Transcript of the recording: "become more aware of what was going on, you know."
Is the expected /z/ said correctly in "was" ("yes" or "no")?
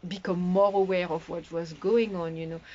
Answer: yes